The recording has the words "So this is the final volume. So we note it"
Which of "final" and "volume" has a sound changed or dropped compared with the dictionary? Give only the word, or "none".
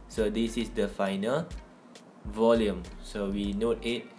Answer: none